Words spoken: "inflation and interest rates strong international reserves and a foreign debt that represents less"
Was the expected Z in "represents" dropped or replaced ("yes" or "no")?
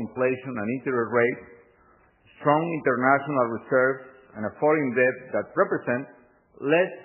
yes